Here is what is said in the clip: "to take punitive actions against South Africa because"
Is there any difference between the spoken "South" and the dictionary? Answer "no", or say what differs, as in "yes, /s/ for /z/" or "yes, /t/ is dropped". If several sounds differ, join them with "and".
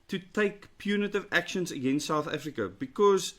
no